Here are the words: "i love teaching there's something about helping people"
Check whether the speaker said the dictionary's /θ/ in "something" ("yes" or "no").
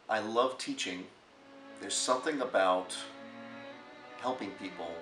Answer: yes